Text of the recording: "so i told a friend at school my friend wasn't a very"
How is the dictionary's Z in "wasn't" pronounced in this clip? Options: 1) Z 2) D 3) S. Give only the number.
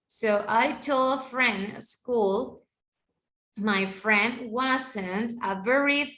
3